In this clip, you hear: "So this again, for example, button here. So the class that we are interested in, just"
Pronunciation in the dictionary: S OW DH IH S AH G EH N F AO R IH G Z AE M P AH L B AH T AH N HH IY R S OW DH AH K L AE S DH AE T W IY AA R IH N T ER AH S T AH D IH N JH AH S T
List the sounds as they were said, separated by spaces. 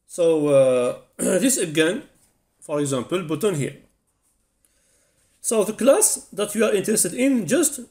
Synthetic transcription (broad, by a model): S OW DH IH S AH G EH N F AO R IH G Z AE M P AH L B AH T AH N HH IY R S OW DH AH K L AE S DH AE T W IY AA R IH N T ER AH S T AH D IH N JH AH S T